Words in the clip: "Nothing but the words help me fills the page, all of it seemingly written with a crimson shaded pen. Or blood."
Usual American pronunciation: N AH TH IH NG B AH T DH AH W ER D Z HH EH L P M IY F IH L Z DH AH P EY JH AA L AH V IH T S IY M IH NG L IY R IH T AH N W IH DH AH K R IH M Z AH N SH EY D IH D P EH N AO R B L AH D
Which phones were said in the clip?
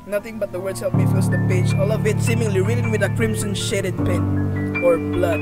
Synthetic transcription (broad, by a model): N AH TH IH NG B AH T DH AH W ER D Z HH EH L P M IY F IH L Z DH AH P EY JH AA L AH V IH T S IY M IH NG L IY R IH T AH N W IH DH AH K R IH M S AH N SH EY D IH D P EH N AO R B L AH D